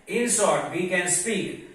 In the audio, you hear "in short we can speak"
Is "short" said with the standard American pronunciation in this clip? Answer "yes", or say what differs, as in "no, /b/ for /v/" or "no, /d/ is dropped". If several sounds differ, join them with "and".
no, /s/ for /ʃ/